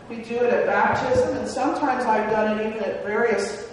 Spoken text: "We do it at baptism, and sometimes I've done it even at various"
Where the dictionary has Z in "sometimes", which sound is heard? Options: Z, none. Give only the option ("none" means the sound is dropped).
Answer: Z